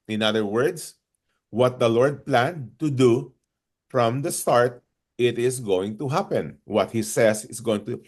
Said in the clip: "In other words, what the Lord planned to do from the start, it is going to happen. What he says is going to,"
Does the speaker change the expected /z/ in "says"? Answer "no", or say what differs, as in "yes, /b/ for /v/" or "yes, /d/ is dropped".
yes, /s/ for /z/